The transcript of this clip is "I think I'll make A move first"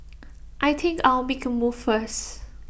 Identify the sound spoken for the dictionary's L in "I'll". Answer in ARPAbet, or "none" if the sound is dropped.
W